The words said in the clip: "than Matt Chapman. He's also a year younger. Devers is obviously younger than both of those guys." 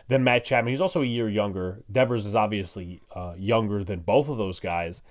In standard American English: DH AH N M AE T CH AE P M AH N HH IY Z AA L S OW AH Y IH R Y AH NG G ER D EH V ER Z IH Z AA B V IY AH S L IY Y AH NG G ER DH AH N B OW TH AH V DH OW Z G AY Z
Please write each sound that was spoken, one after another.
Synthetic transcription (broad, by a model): DH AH N M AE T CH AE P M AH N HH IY Z AA L S OW AH Y IH R Y AH NG G ER D EH V ER Z IH Z AA B V IY AH S L IY Y AH NG G ER DH AH N B OW TH AH V DH OW Z G AY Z